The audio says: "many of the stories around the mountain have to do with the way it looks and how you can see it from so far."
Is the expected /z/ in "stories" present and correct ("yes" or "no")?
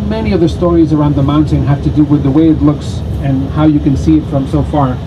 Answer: yes